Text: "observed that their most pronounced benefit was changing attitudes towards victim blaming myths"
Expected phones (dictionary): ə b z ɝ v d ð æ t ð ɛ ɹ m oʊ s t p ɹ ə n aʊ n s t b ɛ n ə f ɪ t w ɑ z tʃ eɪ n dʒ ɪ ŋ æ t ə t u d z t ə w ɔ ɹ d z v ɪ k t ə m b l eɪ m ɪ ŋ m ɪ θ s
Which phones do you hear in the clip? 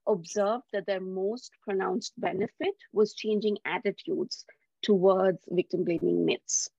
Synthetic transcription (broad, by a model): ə b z ɝ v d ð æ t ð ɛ ɹ m oʊ s t p ɹ ə n aʊ n s t b ɛ n ə f ɪ t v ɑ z tʃ eɪ n dʒ ɪ ŋ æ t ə t u d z t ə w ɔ ɹ d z v ɪ k t ə m b l eɪ m ɪ ŋ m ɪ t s